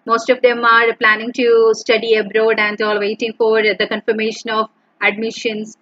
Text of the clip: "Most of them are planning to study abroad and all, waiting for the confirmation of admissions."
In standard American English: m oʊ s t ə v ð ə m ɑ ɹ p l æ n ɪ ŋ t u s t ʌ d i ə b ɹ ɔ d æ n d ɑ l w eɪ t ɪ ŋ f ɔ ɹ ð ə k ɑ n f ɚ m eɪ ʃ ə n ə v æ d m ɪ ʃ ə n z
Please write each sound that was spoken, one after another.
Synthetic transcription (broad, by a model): m oʊ s t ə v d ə m ɑ ɹ p l æ n ɪ ŋ t u s t ʌ d i ə b ɹ ɔ d æ n d ɑ l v eɪ t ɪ ŋ f ɔ ɹ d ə k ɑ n f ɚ m eɪ ʃ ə n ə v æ d m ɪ ʃ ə n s